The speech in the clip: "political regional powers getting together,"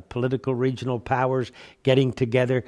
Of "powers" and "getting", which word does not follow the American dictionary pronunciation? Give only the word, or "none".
none